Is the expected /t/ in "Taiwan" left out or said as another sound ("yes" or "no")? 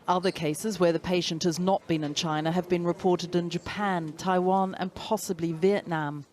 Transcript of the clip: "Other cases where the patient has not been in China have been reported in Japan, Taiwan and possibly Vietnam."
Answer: no